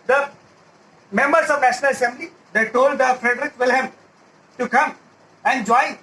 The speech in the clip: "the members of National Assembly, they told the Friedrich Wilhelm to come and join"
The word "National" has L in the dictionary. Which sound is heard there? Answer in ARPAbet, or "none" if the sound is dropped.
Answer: L